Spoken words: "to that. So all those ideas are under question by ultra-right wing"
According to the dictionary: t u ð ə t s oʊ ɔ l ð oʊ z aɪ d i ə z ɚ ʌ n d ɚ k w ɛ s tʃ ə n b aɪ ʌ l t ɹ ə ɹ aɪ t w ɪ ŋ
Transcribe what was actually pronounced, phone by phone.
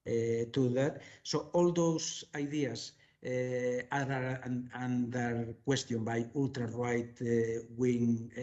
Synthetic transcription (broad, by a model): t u ð ə t s oʊ ɔ l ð oʊ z aɪ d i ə s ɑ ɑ n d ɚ k w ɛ s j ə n b aɪ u l t ɹ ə ɹ aɪ t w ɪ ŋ